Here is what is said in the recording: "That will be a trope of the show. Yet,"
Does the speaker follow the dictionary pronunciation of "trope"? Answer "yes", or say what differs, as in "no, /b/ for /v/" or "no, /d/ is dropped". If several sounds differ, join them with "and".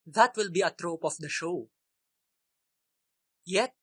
yes